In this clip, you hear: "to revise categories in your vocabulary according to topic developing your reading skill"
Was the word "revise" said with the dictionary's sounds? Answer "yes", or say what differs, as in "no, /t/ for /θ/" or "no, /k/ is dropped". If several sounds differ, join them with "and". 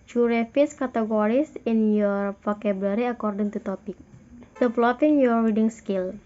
no, /f/ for /v/ and /s/ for /z/